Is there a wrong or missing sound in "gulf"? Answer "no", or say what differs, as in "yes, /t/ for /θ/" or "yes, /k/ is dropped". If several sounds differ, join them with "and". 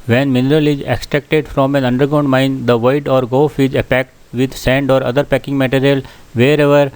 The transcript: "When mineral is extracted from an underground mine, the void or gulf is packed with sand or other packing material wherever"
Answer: yes, /l/ is dropped